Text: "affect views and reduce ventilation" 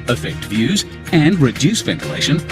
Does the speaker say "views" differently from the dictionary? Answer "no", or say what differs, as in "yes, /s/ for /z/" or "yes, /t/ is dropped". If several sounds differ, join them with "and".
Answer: no